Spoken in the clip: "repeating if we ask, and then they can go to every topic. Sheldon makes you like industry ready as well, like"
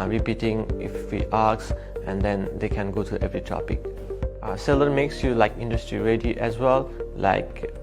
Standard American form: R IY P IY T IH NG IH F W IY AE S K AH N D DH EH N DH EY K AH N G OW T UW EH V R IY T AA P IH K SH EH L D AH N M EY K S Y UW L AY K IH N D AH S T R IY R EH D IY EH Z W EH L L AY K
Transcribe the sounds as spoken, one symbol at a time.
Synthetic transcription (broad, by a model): R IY P IY T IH NG IH F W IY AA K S AH N D EH N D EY K AH N G OW T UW EH V R IY T AA P IH K S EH L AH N M EY K S Y UW L AY K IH N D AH S T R IY R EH D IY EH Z W EH L L AY K